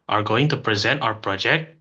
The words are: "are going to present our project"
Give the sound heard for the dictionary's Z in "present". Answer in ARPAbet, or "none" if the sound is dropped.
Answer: Z